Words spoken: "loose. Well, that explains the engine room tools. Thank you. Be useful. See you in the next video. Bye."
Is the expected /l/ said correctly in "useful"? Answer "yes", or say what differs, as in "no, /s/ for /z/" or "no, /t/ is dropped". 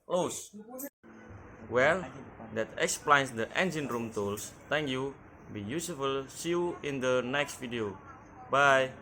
yes